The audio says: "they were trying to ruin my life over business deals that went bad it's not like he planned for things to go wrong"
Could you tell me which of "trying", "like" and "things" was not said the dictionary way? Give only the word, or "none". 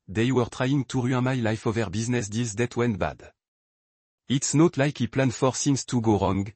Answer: things